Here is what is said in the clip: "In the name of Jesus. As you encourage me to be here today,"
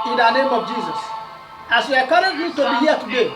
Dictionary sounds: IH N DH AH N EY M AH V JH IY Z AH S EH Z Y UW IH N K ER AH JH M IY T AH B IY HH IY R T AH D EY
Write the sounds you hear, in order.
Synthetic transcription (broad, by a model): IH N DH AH N EY M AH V JH IY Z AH S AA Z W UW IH K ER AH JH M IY T AH B IY HH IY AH T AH D EY